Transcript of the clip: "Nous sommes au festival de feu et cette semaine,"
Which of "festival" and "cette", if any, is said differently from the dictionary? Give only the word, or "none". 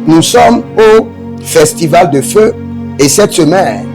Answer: none